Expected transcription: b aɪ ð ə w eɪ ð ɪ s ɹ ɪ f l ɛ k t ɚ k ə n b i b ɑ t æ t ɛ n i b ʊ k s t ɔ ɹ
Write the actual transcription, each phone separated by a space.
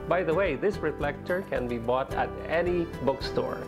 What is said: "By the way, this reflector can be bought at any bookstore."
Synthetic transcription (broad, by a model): b aɪ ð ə w eɪ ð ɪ s ɹ ɪ f l ɛ k t ɚ k ə n b i b ɑ t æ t ɛ n i b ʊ k s t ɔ ɹ